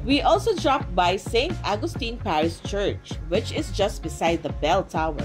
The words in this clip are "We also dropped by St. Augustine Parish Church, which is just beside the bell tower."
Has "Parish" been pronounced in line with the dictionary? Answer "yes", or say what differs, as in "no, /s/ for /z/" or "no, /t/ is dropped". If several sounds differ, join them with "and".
no, /s/ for /ʃ/